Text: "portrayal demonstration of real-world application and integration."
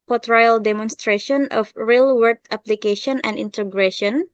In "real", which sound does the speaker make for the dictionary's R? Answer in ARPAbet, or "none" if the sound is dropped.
R